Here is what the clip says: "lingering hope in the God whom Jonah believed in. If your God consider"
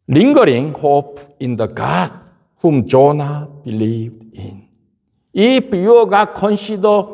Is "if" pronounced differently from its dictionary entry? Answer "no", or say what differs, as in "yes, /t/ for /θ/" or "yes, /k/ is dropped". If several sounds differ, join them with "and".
yes, /p/ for /f/